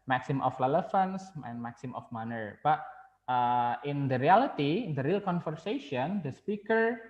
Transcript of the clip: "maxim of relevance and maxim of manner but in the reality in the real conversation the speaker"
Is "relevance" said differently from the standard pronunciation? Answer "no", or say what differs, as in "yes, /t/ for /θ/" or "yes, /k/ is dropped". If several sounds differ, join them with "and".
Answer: yes, /f/ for /v/